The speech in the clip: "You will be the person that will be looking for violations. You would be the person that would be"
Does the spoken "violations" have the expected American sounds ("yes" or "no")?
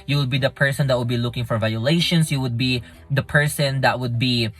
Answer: no